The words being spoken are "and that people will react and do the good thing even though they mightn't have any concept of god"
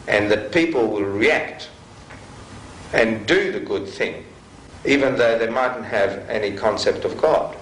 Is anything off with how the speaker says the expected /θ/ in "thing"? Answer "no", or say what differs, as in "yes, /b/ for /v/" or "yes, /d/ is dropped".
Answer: no